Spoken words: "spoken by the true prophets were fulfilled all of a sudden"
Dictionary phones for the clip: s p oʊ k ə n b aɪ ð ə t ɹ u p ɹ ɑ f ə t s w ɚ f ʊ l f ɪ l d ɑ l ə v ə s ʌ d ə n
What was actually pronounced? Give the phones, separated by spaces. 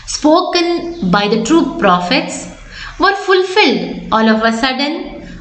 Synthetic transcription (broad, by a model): s p oʊ k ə n b aɪ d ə t ɹ u p ɹ ɑ f ə t s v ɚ f ʊ l f ɪ l d ɑ l ə v ə s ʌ d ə n